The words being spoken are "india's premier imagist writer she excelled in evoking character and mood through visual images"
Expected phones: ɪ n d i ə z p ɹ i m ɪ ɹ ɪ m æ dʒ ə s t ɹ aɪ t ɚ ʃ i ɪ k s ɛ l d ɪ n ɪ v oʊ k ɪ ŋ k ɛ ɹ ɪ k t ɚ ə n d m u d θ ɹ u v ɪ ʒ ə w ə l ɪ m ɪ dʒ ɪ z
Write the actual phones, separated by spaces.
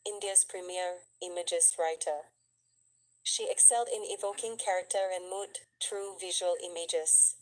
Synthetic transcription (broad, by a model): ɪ n d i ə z p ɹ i m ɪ ɹ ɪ m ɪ dʒ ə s ɹ aɪ t ɚ ʃ i ɪ k s ɛ l d ɪ n ɪ v oʊ k ɪ ŋ k ɛ ɹ ɪ k t ɚ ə n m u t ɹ u v ɪ ʒ ə w ə l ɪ m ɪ dʒ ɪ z